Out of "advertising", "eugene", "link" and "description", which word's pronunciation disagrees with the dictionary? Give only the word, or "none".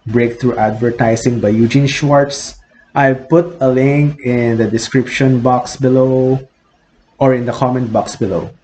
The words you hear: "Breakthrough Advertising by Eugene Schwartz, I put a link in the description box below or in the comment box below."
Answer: advertising